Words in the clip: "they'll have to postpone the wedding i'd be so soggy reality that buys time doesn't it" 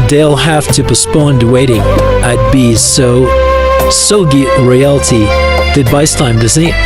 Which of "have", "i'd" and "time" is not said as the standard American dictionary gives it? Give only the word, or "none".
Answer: have